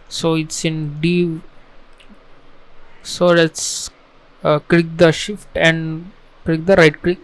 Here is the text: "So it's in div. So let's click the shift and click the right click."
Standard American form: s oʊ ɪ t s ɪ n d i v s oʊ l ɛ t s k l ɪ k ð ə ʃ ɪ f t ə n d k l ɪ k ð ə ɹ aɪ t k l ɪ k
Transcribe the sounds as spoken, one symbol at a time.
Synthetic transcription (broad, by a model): s oʊ ɪ t s ɪ n d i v s oʊ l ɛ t s k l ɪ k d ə ʃ ɪ f t ə n d k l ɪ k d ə ɹ aɪ t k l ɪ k